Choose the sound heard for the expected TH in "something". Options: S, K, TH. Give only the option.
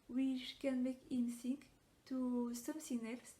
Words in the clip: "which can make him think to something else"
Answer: S